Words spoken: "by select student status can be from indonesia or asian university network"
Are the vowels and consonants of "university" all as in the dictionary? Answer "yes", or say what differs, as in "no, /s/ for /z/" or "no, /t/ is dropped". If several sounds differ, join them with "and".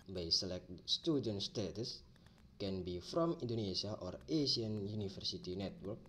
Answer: no, /f/ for /v/